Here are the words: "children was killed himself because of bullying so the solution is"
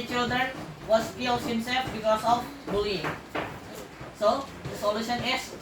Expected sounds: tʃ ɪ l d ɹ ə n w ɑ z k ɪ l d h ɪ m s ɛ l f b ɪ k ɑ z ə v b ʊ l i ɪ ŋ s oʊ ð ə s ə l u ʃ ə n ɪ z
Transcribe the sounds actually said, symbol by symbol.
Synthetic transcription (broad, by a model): tʃ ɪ l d ɹ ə n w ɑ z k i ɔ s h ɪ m s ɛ f b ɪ k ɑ s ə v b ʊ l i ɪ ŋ s oʊ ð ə s ə l u ʃ ə n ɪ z